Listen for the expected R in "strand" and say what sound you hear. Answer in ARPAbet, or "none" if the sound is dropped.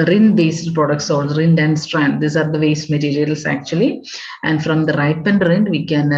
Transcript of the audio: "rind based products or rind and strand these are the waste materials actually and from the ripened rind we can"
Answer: R